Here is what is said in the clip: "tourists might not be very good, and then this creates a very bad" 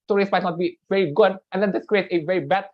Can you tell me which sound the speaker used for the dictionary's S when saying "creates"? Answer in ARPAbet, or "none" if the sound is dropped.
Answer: none